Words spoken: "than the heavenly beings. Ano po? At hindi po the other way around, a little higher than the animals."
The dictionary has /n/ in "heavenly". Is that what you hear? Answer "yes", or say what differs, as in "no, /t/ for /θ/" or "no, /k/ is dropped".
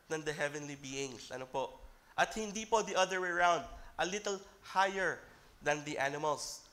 yes